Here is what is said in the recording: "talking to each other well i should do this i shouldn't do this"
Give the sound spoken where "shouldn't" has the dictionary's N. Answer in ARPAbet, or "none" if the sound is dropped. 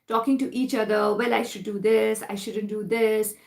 N